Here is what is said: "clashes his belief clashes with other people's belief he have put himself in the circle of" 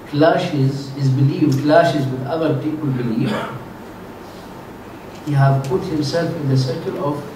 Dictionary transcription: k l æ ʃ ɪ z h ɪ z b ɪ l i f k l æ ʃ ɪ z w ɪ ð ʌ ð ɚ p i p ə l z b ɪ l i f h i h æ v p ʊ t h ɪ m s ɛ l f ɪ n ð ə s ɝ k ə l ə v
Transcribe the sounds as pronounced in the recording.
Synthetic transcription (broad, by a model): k l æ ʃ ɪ z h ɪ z b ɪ l i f k l æ ʃ ɪ z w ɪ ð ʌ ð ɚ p i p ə l b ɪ l i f h i h æ v p ʊ t h ɪ m s ɛ l f ɪ n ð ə s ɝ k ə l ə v